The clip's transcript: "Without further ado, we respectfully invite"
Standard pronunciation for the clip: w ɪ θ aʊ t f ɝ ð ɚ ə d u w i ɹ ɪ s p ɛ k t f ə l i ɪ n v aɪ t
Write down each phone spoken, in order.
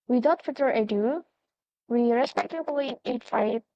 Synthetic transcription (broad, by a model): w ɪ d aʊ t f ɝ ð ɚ ə d u w i ɹ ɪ s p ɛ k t ə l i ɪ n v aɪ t